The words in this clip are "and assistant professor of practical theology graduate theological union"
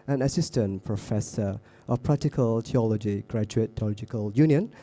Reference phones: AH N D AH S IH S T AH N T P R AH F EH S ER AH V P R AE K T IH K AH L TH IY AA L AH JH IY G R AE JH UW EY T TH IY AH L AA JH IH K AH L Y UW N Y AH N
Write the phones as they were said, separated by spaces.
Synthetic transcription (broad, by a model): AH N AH S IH S T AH N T P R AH F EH S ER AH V P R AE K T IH K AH L T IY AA L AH JH IY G R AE JH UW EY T T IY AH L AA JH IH K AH L Y UW N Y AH N